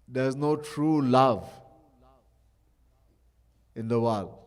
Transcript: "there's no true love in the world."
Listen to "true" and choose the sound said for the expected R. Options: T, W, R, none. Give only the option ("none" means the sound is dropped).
R